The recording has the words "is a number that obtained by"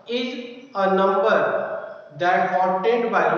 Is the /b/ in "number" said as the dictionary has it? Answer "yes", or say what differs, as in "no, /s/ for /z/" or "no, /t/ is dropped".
yes